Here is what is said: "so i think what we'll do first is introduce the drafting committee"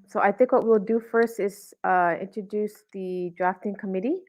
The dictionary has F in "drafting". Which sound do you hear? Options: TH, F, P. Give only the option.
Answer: F